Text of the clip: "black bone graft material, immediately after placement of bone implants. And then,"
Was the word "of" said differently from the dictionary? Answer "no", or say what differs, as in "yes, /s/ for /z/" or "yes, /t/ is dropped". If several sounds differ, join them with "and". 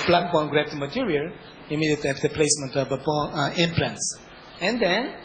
yes, /b/ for /v/